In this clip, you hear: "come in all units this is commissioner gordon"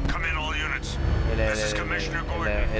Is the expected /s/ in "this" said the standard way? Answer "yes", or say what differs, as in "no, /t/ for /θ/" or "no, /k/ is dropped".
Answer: no, /s/ is dropped